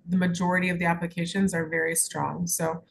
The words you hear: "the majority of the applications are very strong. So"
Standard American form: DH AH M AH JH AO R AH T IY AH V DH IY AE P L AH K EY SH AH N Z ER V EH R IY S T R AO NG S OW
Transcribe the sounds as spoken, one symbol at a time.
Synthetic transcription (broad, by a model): DH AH M AH JH AO R AH T IY AH V DH IY AE P L AH K EY SH AH N Z ER V EH R IY S T R AO NG S OW